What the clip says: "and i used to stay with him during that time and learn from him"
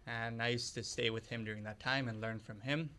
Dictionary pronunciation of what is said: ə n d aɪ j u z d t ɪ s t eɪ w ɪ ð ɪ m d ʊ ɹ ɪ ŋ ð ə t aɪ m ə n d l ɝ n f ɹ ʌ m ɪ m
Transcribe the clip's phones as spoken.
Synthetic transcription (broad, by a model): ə n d aɪ j u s t ɪ s t eɪ w ɪ ð ɪ m d ʊ ɹ ɪ ŋ ð ə t aɪ m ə n l ɝ n f ɹ ʌ m ɪ m